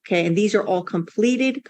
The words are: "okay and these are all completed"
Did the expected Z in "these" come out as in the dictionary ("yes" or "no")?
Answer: yes